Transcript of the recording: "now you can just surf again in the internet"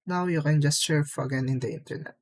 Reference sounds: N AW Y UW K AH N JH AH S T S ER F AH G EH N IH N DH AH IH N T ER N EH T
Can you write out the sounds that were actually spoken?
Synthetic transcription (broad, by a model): N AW Y UW K AH N JH AH S T SH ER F AH G EH N IH N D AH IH N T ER N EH T